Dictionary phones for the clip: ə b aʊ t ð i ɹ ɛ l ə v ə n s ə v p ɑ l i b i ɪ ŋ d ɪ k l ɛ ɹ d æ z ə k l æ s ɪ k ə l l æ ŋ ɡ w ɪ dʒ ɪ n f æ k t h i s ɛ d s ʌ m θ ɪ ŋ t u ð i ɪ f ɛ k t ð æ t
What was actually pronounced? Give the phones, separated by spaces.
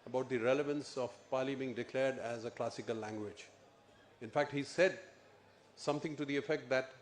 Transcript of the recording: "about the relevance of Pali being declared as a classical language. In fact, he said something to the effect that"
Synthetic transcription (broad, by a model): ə b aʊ t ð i ɹ ɛ l ə v ə n s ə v p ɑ l i b i ɪ ŋ d ɪ k l ɛ ɹ d æ z ə k l æ s ɪ k ə l l æ ŋ ɡ w ɪ dʒ ɪ n f æ k t h i s ɛ d s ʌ m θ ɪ ŋ t u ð i ɪ f ɛ k t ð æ t